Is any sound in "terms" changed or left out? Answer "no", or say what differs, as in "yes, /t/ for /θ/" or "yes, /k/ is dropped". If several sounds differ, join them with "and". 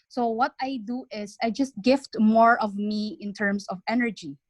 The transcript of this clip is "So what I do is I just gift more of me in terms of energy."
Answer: yes, /s/ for /z/